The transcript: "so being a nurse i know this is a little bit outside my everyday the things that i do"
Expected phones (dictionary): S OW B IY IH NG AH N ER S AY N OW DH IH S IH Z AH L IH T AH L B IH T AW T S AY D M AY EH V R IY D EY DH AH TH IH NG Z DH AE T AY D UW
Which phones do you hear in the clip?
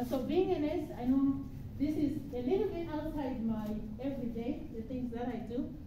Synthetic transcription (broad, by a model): S OW B IY IH NG AH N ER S AY N OW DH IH S IH Z AH L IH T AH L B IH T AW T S AY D M AY EH V R IY D EY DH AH T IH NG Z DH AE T AY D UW